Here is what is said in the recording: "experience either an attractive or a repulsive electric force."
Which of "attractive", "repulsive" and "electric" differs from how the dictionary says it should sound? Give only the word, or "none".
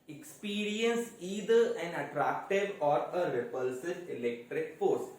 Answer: none